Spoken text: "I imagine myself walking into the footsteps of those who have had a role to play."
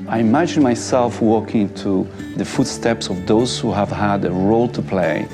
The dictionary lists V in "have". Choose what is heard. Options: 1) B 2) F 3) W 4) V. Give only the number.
4